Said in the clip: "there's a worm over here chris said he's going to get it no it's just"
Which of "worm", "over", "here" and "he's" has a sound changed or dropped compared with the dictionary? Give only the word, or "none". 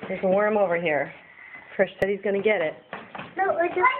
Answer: none